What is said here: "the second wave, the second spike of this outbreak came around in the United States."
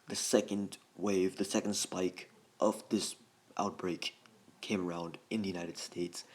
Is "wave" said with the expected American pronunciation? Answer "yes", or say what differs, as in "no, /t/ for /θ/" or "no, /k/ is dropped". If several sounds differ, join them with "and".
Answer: yes